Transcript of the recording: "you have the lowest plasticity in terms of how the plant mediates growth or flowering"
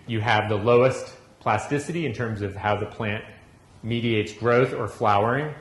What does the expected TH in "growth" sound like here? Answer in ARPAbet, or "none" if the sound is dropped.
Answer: TH